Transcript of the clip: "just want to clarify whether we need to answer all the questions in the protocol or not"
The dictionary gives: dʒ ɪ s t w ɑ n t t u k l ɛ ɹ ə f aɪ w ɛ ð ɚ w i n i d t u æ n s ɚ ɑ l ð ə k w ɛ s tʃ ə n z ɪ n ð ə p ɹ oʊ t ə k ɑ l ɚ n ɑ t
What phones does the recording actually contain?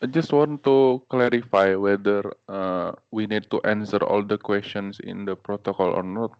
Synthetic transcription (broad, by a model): dʒ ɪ s t w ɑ n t t u k l ɛ ɹ ə f aɪ w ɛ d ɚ w i n i d t u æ n s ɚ ɑ l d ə k w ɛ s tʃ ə n s ɪ n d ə p ɹ oʊ t ə k ɑ l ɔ n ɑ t